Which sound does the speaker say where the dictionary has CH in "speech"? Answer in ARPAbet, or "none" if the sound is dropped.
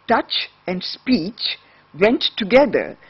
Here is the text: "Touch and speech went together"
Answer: CH